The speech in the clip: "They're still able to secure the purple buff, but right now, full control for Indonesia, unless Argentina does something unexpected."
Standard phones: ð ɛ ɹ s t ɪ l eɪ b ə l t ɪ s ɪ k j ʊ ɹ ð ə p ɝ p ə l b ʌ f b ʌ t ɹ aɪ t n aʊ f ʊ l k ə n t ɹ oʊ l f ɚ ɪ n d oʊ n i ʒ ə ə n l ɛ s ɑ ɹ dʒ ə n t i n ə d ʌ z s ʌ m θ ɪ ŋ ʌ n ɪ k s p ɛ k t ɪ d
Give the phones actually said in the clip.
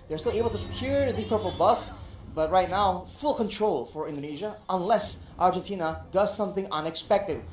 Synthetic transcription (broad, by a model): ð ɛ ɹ s t ɪ l eɪ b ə l t ɪ s ɪ k j ʊ ɹ ð ə p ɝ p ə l b ʌ f b ʌ t ɹ aɪ t n aʊ f ʊ l k ə n t ɹ oʊ l f ɚ ɪ n d oʊ n i ʒ ə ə n l ɛ s ɑ ɹ dʒ ə n t i n ə d ʌ z s ʌ m θ ɪ ŋ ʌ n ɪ k s p ɛ k t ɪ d